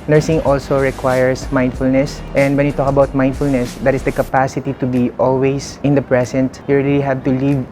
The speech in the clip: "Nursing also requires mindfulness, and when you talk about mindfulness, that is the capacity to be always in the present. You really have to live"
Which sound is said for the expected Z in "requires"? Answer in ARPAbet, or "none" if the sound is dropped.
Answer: S